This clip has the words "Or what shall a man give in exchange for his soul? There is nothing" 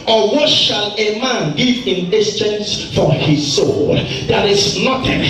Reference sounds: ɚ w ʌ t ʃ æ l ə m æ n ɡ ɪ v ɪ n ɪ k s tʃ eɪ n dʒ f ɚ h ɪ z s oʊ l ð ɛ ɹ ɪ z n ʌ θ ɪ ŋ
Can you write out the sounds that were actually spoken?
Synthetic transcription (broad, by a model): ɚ w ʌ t ʃ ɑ l ə m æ n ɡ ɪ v ɪ n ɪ s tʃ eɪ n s f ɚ h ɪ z s oʊ l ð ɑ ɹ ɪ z n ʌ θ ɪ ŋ